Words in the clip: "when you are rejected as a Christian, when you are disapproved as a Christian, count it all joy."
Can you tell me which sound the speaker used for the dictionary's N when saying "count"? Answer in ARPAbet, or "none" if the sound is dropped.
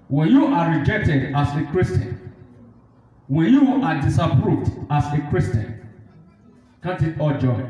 none